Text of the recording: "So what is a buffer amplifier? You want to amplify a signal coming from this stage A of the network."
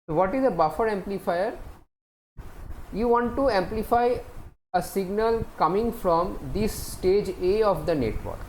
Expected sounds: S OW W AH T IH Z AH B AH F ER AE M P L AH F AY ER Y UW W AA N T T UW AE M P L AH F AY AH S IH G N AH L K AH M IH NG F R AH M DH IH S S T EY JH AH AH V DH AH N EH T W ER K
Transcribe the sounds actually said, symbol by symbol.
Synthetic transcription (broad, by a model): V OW T IH Z AH B AH F ER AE M P L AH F AY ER Y UW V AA N T T UW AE M P L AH F AY AH S IH G N AH L K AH M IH NG F R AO M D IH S S T EY JH AH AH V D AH N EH T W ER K